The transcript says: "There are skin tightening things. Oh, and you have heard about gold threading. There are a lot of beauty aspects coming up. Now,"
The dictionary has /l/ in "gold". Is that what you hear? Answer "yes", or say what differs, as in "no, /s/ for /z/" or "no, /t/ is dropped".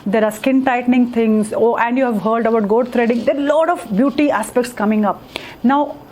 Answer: no, /l/ is dropped